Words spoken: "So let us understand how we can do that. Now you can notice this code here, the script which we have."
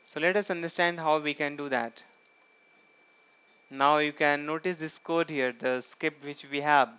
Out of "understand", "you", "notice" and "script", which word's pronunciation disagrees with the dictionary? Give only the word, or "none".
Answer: script